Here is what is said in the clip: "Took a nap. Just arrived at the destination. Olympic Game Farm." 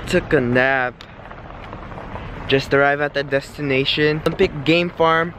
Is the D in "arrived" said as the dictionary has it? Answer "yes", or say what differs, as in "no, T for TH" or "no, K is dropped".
no, D is dropped